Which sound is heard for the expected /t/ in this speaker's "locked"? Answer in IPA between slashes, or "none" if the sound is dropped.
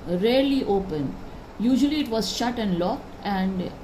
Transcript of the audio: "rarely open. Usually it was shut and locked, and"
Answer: /t/